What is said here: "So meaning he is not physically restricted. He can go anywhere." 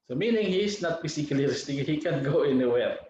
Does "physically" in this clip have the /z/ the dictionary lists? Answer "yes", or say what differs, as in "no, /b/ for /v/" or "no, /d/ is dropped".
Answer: no, /s/ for /z/